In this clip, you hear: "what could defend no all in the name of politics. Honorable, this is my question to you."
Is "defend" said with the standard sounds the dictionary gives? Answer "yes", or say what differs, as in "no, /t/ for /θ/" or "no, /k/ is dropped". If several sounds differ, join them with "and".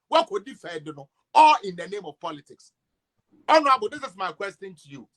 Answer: no, /n/ is dropped